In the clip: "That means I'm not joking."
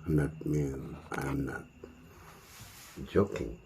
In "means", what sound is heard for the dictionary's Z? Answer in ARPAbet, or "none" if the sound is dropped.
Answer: none